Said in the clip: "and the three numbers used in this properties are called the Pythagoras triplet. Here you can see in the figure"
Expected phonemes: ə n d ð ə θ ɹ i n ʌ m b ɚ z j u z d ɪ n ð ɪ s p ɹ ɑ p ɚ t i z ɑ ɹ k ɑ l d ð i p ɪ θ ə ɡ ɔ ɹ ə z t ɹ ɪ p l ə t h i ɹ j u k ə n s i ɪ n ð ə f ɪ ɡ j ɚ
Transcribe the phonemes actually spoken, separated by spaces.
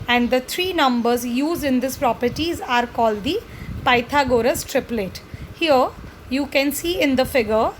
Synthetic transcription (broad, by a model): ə n d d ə t ɹ i n ʌ m b ɚ z j u z d ɪ n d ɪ s p ɹ ɑ p ɚ t i z ɑ ɹ k ɑ l d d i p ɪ t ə ɡ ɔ ɹ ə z t ɹ ɪ p l ə t h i ɹ j u k ə n s i ɪ n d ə f ɪ ɡ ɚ